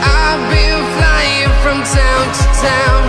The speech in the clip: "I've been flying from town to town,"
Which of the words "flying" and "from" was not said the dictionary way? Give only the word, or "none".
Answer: none